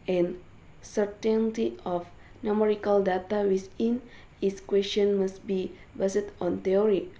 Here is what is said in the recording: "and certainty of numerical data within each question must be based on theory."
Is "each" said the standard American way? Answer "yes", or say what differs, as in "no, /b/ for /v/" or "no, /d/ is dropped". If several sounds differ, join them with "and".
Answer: no, /s/ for /tʃ/